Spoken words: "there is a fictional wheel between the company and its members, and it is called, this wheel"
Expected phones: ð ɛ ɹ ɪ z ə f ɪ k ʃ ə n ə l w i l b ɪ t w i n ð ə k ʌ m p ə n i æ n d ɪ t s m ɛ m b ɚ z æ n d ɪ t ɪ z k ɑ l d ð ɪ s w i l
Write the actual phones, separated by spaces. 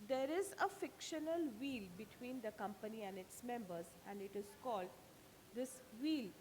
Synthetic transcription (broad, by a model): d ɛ ɹ ɪ z ə f ɪ k ʃ ə n ə l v i l b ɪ t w i n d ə k ʌ m p ə n i æ n d ɪ t s m ɛ m b ɚ z æ n d ɪ t ɪ z k ɑ l d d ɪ s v i l